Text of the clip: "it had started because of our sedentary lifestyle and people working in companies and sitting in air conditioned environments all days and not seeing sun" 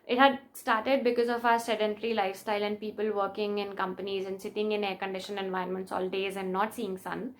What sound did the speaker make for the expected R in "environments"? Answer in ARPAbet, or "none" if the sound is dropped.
none